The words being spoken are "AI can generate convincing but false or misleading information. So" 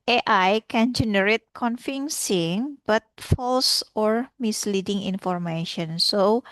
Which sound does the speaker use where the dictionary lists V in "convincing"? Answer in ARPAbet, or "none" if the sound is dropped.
F